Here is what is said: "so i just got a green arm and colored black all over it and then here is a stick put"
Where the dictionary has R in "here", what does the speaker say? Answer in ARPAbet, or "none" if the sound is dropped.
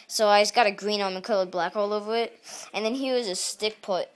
W